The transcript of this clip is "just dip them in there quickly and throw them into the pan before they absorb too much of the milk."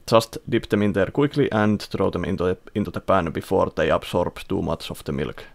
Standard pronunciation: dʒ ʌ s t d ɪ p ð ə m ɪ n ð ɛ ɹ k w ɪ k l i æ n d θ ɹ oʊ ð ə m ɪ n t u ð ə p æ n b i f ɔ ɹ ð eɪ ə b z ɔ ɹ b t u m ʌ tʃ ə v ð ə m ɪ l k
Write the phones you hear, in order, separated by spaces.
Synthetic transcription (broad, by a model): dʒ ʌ s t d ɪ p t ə m ɪ n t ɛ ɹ k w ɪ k l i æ n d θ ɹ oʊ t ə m ɪ n t u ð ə p æ n b i f ɔ ɹ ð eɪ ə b s ɔ ɹ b t u m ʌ s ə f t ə m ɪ l k